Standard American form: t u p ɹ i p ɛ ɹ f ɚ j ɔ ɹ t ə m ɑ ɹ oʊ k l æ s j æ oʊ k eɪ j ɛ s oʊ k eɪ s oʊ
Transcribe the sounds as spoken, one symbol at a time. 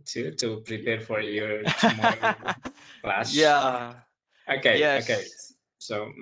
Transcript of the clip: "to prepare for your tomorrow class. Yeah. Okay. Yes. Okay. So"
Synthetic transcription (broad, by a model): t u p ɹ i p ɛ ɹ f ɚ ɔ ɹ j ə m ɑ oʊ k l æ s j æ oʊ k eɪ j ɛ oʊ k eɪ s oʊ